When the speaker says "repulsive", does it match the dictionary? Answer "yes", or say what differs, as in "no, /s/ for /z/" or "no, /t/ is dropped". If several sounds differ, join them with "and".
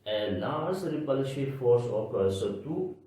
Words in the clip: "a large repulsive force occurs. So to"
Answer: no, /ʃ/ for /s/